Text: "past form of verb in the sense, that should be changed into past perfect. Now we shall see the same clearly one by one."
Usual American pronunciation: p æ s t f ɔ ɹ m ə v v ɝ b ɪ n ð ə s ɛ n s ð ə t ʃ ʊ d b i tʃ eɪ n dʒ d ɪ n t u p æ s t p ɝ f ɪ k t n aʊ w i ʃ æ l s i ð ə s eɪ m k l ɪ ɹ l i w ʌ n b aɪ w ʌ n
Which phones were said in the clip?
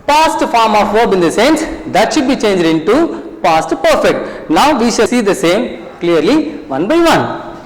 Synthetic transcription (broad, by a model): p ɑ s t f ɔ ɹ m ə f v ɝ b ɪ n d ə s ɛ n s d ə t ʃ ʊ d b i tʃ eɪ n dʒ d ɪ n t u p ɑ s t p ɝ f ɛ k t n aʊ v i ʃ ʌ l s i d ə s eɪ m k l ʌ ɹ l i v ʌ n b aɪ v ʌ n